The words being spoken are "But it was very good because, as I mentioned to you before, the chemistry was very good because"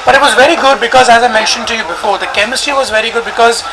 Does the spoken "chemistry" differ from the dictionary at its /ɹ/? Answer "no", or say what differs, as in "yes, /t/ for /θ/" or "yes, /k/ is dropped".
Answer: yes, /ɹ/ is dropped